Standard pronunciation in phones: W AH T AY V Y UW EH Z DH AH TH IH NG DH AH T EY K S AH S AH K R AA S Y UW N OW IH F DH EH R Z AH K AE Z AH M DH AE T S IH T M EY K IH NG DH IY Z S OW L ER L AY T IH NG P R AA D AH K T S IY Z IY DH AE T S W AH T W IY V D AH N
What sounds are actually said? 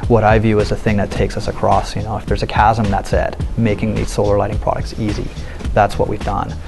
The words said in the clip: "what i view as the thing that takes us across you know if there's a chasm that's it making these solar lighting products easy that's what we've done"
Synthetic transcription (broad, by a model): W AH T AY V Y UW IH Z DH AH TH IH NG DH AH T EY K S AH S AH K R AA S Y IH N OW IH F DH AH R Z AH K AE Z AH M DH AE T S IH T M EY K IH NG DH IY Z S OW L ER L AY T IH NG P R AA D AH K T S IY Z IY DH AE T S W AH T W IY V D AH N